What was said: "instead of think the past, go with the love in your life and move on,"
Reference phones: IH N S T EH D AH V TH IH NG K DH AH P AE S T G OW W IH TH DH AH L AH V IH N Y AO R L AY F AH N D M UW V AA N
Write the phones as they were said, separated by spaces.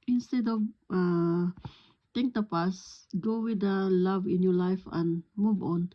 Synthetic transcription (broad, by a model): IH N S T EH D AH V T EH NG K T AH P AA S G OW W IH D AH L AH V IH N Y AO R L AY F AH N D M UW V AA N